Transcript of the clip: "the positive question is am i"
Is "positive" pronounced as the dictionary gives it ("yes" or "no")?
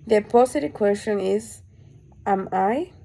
no